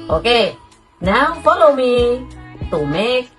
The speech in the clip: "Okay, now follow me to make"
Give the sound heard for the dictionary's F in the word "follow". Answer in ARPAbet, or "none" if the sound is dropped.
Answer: P